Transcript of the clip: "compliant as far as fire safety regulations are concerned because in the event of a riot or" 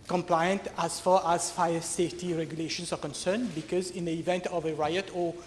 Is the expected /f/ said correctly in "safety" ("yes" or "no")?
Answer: yes